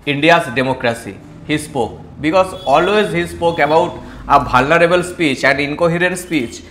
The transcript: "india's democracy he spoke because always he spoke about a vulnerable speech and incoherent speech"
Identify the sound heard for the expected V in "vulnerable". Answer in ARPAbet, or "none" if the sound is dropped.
B